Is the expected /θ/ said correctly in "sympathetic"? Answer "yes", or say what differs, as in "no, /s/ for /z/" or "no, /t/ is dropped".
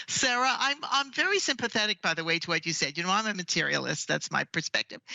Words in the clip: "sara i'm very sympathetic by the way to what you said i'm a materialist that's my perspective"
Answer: yes